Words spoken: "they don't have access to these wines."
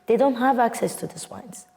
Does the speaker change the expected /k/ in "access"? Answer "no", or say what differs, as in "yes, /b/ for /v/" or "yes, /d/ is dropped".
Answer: no